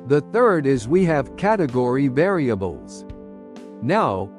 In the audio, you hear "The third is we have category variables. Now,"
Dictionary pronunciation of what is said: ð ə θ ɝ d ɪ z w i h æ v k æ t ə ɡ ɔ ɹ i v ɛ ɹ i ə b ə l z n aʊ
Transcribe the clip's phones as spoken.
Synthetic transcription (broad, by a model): ð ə θ ɝ d ɪ z w i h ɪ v k æ t ə ɡ ɔ ɹ i v ɛ ɹ i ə b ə l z n aʊ